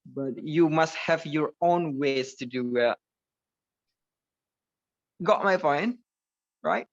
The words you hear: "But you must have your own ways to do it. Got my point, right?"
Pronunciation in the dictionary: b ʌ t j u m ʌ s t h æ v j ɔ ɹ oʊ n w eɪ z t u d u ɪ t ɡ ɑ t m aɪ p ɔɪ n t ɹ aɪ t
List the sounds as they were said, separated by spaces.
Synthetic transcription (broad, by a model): b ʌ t j u m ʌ s t h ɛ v j ɔ ɹ oʊ n w eɪ s t u d u ɪ t ɡ ɑ t m aɪ f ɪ n ɹ aɪ t